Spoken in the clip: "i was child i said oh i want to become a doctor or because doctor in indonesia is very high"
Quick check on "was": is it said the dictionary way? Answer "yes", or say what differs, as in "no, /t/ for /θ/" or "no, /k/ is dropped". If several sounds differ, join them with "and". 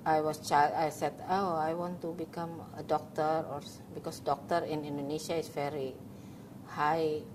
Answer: no, /s/ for /z/